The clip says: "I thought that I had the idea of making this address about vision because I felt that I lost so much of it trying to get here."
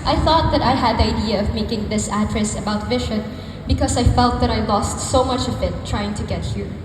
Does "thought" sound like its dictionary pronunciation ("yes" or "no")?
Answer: yes